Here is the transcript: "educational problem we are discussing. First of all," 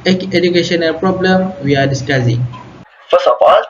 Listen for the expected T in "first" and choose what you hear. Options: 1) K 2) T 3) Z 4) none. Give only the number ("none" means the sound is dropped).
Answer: 4